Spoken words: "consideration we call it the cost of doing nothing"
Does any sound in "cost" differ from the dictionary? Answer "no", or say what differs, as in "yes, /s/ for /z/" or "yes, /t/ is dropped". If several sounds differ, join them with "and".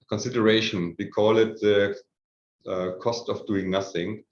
no